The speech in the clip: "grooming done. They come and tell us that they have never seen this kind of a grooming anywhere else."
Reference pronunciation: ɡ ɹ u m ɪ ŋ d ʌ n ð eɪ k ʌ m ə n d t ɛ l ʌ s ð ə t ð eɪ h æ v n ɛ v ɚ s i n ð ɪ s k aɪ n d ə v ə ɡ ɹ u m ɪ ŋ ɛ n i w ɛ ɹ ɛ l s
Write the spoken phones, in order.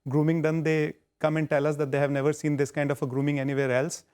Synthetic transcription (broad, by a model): ɡ ɹ u m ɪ ŋ d ʌ n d eɪ k ʌ m ə n d t ɛ l ʌ s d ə t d eɪ h æ v n ɛ v ɚ s i n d ɪ s k aɪ n d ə f ə ɡ ɹ u m ɪ ŋ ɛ n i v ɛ ɹ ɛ l s